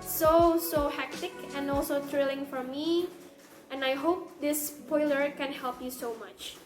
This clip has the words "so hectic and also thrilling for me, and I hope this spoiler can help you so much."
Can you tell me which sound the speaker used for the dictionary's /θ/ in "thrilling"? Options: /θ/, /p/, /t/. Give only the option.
/t/